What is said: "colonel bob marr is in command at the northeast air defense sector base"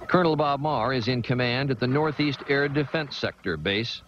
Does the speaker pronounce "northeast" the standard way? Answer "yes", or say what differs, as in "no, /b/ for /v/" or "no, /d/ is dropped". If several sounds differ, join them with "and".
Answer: yes